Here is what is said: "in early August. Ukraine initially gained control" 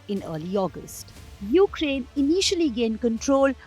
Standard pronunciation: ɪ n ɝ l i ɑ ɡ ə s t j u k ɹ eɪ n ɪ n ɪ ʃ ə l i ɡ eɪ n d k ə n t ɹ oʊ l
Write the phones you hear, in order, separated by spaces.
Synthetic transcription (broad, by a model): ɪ n ɝ l i ɑ ɡ ə s t j u k ɹ eɪ n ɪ n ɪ ʃ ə l i ɡ eɪ n k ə n t ɹ oʊ l